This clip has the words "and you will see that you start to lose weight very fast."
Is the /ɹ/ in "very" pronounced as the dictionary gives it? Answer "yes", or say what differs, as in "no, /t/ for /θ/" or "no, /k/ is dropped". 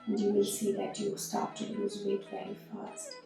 no, /ɹ/ is dropped